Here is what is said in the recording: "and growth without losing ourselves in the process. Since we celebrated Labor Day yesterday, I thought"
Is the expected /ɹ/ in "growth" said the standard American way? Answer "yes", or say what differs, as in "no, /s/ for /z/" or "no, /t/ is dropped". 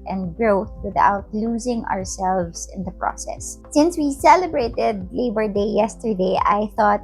yes